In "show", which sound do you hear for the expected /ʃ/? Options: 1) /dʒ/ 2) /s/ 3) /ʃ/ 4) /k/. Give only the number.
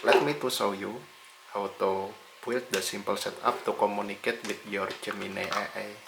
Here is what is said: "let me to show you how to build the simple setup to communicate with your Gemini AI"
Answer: 2